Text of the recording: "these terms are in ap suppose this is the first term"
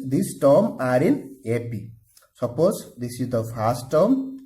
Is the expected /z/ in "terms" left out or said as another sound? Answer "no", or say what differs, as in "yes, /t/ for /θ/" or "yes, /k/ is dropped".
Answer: yes, /z/ is dropped